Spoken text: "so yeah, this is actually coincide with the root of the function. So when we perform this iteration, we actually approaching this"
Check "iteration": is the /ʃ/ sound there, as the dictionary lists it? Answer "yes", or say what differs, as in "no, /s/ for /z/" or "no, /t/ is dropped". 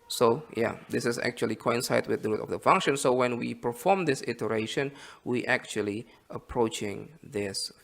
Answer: yes